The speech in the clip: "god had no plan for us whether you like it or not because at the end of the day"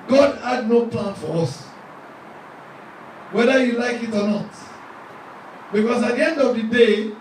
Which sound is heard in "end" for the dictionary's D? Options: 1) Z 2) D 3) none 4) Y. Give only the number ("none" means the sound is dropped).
2